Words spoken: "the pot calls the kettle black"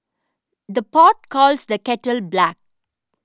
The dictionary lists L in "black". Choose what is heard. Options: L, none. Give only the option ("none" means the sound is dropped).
L